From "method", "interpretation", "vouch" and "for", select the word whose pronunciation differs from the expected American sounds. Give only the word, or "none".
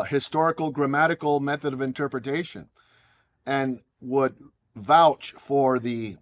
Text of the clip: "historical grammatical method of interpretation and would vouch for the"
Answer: none